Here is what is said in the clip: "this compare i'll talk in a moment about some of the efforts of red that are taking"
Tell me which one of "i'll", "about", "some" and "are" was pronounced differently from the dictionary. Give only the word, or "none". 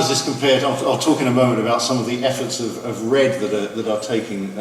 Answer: none